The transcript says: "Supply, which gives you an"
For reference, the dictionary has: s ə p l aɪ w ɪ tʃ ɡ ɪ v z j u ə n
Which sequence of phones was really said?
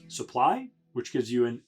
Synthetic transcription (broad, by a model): s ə p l aɪ w ɪ tʃ ɡ ɪ v z j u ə n